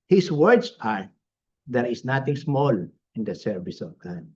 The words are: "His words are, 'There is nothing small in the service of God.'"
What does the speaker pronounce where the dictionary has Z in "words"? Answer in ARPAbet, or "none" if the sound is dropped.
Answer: S